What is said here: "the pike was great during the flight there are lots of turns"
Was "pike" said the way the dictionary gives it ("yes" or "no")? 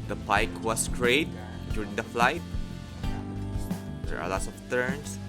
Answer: yes